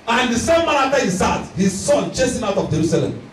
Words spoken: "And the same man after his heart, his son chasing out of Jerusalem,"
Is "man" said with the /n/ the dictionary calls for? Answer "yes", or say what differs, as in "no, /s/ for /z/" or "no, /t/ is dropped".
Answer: no, /n/ is dropped